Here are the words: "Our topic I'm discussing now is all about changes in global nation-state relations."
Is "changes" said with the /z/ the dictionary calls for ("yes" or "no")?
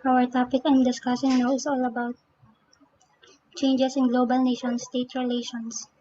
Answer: no